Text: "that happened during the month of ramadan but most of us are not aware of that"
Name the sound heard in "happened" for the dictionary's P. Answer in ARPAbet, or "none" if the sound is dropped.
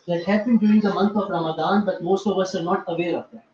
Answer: B